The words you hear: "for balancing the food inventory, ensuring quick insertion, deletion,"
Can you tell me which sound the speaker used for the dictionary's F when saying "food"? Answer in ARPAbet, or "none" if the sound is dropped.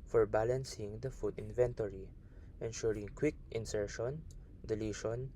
F